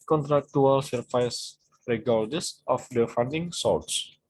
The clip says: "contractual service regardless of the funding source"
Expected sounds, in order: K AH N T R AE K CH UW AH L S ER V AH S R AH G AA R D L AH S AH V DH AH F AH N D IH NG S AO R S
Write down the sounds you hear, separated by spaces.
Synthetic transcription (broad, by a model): K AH N T R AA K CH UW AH L S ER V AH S R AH G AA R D AH S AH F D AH F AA N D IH NG S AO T S